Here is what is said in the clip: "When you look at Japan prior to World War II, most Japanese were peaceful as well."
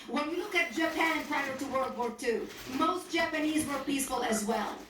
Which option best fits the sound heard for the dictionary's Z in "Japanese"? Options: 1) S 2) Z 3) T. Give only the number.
2